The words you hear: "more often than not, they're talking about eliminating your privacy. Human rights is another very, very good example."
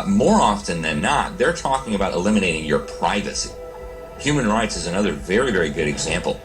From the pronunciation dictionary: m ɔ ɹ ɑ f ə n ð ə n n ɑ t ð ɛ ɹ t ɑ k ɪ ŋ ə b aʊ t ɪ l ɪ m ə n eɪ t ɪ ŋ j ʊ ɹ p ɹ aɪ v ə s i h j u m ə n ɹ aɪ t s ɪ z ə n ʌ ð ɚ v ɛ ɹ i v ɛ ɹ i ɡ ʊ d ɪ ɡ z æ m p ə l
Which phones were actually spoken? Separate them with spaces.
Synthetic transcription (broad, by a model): m ɔ ɹ ɑ f ə n ð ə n n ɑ t ð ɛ ɹ t ɑ k ɪ ŋ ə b aʊ t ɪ l ɪ m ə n eɪ t ɪ ŋ j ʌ ɹ p ɹ aɪ v ə s i h j u m ə n ɹ aɪ t s ɪ z ə n ʌ ð ɚ v ɛ ɹ i v ɛ ɹ i ɡ ʊ d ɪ ɡ z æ m p l